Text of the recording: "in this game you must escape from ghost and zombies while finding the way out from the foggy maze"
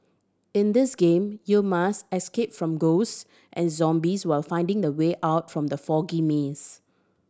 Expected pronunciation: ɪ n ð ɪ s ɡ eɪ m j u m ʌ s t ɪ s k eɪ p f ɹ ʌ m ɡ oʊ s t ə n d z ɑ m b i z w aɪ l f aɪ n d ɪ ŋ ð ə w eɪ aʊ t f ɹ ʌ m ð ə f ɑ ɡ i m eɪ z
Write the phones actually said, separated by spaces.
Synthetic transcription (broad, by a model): ɪ n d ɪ s ɡ eɪ m j u m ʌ s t ɪ s k eɪ p f ɹ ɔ m ɡ oʊ s t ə n z ɑ m b i s w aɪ l f aɪ n d ɪ ŋ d ə w eɪ aʊ t f ɹ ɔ m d ə f ɑ ɡ i m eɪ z